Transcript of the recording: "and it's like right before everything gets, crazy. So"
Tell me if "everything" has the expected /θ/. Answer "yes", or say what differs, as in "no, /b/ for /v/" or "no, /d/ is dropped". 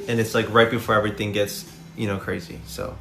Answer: yes